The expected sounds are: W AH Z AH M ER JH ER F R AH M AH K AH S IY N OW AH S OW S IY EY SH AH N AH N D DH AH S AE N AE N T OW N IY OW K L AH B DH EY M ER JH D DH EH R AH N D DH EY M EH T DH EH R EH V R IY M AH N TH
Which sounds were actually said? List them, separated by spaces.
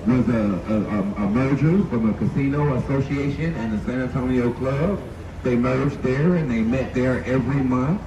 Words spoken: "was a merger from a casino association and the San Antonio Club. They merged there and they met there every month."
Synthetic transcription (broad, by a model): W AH Z AH M ER JH ER F R AH M AH K AH S IY N OW AH S OW S IY EY SH AH N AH N DH AH S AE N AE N T OW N IY OW K L AH B DH EY M ER JH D DH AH R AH N DH EY M EH T DH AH R EH V R IY M AH N TH